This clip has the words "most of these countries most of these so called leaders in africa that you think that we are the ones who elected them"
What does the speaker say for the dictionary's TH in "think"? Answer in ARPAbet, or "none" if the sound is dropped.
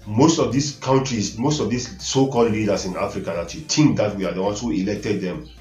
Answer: T